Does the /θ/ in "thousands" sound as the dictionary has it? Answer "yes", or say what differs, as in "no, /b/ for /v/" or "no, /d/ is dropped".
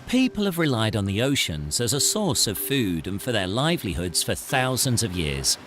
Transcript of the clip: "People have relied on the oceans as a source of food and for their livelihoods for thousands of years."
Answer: yes